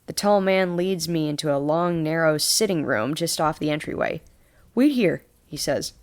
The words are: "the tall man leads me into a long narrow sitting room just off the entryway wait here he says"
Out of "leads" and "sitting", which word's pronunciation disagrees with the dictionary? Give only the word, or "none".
none